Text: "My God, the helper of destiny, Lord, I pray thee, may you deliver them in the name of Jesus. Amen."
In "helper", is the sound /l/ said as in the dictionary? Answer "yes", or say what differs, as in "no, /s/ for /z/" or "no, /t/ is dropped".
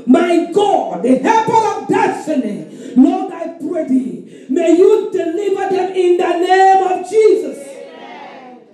no, /l/ is dropped